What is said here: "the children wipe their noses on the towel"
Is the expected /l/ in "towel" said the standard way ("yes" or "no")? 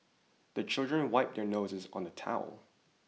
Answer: yes